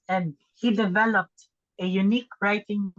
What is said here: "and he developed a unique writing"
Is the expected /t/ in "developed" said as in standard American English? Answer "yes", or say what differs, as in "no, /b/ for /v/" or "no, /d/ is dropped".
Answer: yes